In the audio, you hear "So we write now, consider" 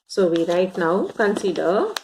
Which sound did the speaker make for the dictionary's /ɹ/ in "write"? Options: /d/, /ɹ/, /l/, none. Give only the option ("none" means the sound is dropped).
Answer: /ɹ/